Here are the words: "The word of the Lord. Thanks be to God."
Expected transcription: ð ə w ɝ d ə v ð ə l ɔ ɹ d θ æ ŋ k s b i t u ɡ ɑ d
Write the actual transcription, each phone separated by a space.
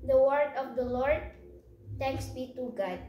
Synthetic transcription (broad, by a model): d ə w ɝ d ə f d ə l ɔ ɹ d t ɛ k s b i t u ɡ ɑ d